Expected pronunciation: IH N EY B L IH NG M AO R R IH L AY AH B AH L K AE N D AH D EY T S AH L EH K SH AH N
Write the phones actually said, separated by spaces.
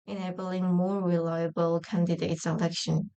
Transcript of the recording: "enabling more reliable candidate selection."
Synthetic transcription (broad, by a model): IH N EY B L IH NG M AO R R IH L AY AH B AH L K AE N D AH D EY T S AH L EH K SH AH N